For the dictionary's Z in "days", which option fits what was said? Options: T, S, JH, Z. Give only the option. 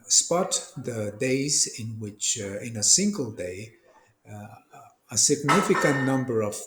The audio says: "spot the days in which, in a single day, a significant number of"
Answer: Z